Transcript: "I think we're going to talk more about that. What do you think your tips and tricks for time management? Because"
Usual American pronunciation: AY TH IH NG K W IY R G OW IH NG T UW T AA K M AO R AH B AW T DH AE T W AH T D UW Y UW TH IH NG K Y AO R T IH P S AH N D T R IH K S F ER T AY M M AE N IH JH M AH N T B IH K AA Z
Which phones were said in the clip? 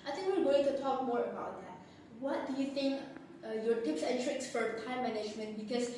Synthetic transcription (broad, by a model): AY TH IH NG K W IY L G OW IH NG T UW T AA K M AO R AH B AW T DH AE T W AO T D UW Y UW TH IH NG K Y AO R T IH P S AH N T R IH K S F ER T AY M M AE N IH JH M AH N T B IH K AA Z